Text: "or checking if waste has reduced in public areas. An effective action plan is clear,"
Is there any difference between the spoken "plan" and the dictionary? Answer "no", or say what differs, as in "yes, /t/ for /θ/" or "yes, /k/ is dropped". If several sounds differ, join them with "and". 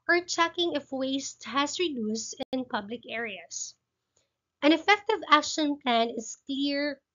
no